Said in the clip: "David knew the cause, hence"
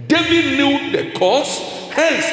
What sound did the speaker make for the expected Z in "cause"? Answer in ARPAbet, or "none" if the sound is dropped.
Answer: S